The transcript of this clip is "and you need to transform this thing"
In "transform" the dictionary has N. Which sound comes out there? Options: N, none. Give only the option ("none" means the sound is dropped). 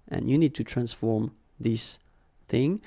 N